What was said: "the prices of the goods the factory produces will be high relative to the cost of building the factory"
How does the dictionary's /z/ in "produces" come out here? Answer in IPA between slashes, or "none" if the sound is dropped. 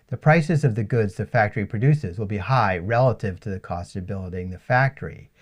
/z/